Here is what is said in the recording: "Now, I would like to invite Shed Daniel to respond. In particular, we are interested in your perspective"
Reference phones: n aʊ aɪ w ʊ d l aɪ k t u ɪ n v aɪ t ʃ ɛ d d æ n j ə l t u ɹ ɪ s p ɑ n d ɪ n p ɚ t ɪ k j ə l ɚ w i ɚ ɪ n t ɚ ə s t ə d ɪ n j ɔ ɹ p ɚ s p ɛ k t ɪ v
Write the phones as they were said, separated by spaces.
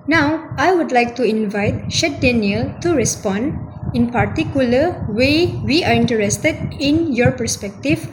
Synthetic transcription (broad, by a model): n aʊ aɪ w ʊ d l aɪ k t u ɪ n v aɪ t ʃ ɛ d d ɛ n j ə l t u ɹ ɪ s p ɑ n d ɪ n p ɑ t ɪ k j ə l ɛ w i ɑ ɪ n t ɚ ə s t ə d ɪ n j ɔ ɹ p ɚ s p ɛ k t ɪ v